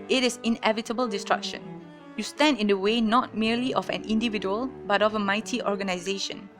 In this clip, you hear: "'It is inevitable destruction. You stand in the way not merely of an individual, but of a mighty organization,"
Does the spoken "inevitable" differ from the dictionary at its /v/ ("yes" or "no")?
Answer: no